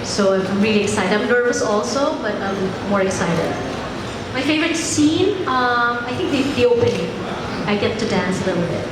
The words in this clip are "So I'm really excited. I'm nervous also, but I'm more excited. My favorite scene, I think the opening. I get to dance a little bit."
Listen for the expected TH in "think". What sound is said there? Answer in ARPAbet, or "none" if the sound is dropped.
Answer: T